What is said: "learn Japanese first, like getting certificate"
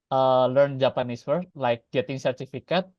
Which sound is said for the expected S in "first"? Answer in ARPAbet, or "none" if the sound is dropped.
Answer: none